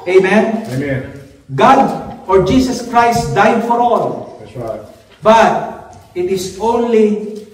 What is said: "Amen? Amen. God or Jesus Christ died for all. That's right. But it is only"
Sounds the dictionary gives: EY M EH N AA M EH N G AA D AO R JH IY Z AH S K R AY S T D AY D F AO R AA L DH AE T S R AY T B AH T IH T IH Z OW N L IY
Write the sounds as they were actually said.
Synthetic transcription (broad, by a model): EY M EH N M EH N G AA D AO R JH IY S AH S K R AY S T D AY D F AO R AA L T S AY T B AH T IH T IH S OW N L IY